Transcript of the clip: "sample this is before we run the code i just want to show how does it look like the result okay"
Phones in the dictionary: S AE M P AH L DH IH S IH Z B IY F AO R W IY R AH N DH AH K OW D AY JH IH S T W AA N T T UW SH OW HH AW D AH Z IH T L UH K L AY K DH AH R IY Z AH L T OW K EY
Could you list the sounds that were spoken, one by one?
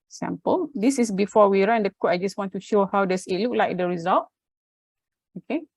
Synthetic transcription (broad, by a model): S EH M P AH L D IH S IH S B IY F AO W IY R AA N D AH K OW AY JH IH S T W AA N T T UW SH OW HH AW D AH S IH T L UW K L AY K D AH R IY Z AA L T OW K EY